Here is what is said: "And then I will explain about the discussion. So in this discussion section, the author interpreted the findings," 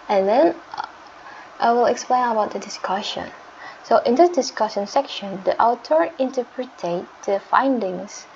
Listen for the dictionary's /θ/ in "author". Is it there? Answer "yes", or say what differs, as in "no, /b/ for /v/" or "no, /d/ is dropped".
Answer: no, /t/ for /θ/